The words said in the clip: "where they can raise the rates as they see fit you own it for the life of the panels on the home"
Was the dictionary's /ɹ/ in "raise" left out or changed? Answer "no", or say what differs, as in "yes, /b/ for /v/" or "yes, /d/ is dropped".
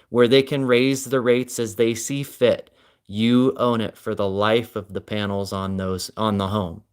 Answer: no